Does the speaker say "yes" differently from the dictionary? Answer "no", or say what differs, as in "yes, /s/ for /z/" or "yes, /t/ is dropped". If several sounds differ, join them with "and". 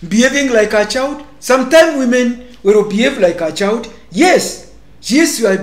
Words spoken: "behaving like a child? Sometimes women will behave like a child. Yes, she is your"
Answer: no